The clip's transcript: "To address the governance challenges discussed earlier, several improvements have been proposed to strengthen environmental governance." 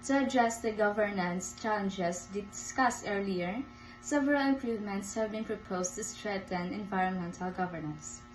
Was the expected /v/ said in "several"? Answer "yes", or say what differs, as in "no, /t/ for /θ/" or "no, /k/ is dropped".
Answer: yes